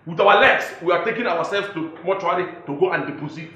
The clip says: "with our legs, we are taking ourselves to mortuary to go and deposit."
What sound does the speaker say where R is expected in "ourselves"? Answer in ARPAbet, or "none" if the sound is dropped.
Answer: W